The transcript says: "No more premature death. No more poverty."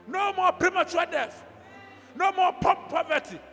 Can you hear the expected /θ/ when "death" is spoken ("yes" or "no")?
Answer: no